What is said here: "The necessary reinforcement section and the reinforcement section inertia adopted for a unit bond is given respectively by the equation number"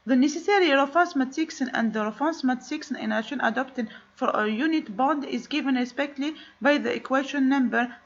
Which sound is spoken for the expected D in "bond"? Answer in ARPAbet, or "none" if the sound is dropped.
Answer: D